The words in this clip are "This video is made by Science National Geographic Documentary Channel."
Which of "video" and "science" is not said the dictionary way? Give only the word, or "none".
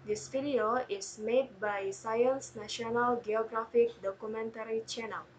video